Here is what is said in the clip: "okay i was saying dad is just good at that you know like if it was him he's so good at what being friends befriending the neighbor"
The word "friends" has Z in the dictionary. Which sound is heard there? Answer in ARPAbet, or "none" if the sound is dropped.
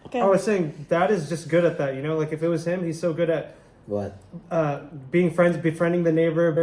Z